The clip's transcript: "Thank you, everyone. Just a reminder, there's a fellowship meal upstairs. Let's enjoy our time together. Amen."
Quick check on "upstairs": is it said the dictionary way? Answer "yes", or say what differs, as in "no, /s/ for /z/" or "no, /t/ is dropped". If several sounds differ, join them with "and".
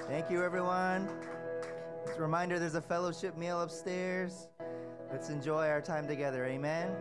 yes